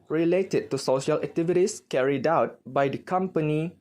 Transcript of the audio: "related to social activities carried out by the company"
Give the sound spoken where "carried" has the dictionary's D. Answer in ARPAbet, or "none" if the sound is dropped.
D